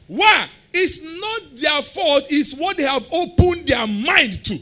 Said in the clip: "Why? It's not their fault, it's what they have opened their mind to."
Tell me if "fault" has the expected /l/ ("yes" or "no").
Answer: no